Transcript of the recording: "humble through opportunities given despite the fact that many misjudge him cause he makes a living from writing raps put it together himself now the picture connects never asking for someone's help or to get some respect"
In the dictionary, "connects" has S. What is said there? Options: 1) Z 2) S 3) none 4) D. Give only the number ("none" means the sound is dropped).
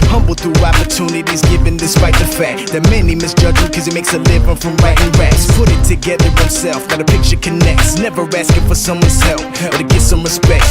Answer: 2